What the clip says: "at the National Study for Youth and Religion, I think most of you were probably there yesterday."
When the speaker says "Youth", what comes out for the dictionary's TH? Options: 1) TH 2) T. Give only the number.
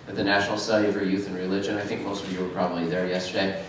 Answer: 1